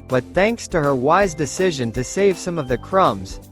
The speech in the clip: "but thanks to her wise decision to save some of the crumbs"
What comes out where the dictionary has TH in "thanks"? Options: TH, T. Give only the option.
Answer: TH